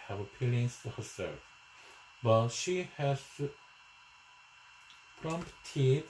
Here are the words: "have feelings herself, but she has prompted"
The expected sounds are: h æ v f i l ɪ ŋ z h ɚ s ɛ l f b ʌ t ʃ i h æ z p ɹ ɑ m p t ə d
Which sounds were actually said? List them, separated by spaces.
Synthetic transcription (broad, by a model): h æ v p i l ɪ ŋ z h ɚ s ɛ l f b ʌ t ʃ i h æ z p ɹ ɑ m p t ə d